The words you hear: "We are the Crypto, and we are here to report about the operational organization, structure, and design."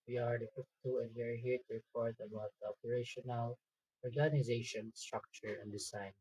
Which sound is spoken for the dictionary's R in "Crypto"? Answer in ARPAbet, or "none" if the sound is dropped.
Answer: none